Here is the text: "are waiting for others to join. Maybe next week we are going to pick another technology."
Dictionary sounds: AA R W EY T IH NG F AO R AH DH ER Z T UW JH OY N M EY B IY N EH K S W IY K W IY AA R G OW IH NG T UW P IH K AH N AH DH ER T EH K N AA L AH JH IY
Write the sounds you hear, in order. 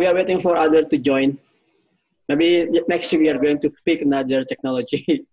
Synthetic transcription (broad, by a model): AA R W EY T IH NG F AO R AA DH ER T UW JH OY N M EY B IY N EH K S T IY W IY AA R G OW IH NG T UW P IH K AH N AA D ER T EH K N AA L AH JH IY